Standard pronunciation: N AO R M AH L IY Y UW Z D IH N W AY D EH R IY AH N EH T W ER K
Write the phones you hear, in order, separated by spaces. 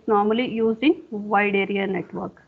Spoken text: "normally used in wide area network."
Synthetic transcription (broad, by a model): N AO R M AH L IY Y UW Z IH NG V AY D EH R IY AH N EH T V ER K